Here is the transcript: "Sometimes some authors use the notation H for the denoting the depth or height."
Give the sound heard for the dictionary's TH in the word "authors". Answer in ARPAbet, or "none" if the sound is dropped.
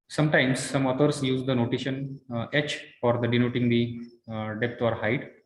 T